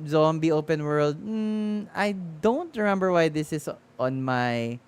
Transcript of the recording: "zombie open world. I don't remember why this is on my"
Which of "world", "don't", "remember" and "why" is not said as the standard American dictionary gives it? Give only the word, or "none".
none